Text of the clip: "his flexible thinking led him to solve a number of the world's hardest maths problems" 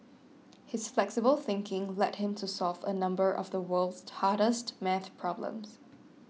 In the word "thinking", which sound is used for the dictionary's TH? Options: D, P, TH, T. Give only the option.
TH